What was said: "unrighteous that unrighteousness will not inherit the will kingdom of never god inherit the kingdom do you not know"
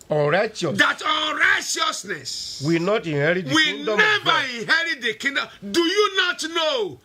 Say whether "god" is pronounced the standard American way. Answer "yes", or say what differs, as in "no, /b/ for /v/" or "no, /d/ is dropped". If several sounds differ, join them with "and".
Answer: no, /d/ is dropped